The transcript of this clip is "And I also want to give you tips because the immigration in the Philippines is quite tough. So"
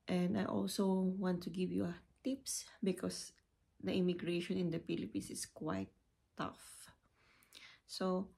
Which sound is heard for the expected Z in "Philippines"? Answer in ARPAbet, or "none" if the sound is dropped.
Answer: S